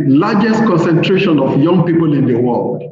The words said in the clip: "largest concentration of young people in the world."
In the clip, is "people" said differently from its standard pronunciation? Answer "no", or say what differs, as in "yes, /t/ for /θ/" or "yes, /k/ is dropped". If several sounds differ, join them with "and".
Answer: no